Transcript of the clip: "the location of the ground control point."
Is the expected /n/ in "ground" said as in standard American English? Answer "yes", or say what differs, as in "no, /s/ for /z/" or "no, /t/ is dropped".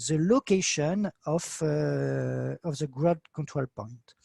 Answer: no, /n/ is dropped